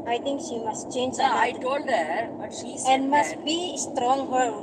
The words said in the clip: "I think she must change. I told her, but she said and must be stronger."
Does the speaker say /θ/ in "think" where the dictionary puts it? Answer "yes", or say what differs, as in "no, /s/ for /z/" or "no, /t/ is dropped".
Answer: no, /t/ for /θ/